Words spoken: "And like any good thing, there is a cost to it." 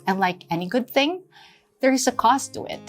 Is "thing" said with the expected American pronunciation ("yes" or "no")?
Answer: yes